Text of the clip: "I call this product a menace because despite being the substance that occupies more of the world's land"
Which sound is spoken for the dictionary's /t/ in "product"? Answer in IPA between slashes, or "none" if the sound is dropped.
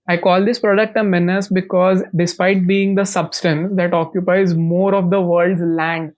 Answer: /t/